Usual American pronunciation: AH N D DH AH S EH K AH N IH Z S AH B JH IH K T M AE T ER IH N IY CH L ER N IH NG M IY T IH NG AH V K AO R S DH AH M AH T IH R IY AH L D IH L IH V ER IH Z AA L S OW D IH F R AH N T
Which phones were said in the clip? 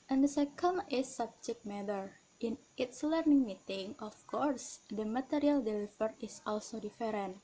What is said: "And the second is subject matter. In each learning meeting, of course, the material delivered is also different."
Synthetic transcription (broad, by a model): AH N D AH S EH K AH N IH S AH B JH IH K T M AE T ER IH N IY S L ER N IH NG M IY T IH NG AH F K AO R S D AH M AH T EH R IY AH L D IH L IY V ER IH S AA L S OW D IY F R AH N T